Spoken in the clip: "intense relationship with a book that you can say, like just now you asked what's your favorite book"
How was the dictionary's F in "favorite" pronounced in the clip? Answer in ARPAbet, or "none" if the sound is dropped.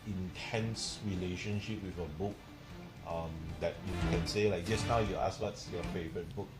F